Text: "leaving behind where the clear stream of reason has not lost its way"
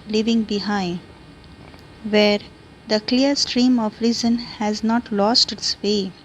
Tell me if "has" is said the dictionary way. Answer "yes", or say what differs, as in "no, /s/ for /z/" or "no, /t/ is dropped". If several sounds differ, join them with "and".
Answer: yes